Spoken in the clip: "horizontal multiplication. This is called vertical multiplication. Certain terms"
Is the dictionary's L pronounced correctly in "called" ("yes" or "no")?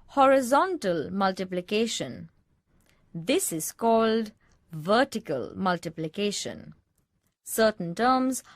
yes